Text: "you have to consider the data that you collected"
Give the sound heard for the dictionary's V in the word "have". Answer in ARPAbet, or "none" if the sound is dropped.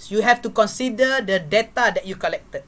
F